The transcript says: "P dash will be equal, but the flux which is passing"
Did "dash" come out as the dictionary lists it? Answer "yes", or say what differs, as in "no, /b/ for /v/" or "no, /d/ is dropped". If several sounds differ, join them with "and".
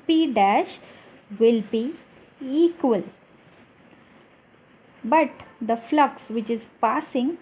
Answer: yes